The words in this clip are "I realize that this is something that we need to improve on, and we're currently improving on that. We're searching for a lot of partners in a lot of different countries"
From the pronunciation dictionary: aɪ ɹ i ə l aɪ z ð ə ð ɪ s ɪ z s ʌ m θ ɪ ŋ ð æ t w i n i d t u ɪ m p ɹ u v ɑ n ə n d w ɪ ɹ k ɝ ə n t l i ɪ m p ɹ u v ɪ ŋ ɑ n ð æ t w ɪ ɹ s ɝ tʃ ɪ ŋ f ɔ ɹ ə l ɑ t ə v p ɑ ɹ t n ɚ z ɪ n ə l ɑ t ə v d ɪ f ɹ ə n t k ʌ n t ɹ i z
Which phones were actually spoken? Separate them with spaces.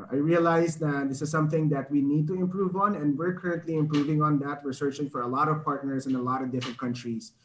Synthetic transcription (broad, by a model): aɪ ɹ i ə l aɪ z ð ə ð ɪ s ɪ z s ʌ m θ ɪ ŋ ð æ t w i n i d t u ɪ m p ɹ u v ɑ n ə n d w ɪ ɹ k ɝ ə n t l i ɪ m p ɹ u v ɪ ŋ ɑ n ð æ t w ɪ ɹ s ɝ tʃ ɪ ŋ f ɔ ɹ ə l ɑ t ə v p ɑ ɹ t n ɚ s ɪ n ə l ɑ t ə v d ɪ f ɹ ə n t k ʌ n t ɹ i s